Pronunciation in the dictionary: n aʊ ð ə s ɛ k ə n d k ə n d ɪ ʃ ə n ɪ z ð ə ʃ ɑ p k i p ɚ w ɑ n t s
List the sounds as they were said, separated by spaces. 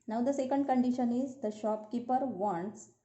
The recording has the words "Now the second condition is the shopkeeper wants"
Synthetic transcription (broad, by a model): n aʊ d ə s ɛ k ə n d k ə n d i ʃ ə n ɪ z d ə ʃ ɑ p k i p ɚ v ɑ n t s